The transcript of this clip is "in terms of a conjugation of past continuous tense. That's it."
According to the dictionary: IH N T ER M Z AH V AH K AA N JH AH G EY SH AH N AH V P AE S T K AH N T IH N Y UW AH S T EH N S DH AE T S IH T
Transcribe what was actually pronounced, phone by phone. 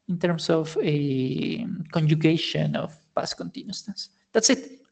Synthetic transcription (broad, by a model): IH N T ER M S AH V AH K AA N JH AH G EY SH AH N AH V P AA S K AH N T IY N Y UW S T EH S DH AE T S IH T